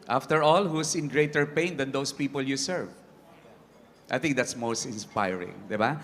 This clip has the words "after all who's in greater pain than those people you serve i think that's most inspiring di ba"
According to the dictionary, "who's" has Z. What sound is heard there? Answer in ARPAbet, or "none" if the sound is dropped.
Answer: S